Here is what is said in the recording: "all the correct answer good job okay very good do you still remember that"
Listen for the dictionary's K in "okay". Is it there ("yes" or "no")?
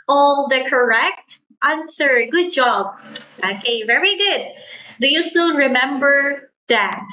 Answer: yes